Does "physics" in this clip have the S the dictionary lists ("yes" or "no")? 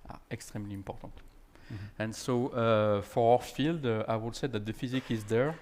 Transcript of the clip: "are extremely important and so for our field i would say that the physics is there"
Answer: no